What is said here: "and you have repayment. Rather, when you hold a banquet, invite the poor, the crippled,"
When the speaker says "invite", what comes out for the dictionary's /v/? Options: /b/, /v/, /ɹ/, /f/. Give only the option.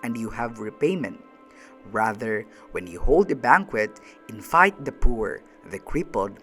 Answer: /f/